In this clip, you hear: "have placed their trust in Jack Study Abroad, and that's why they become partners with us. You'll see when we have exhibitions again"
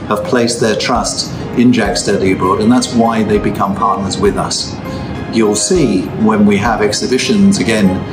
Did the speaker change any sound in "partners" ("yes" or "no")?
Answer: no